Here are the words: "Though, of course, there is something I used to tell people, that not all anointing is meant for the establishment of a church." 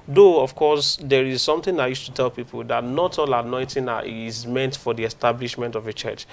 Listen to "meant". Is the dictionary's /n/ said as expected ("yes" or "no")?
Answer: yes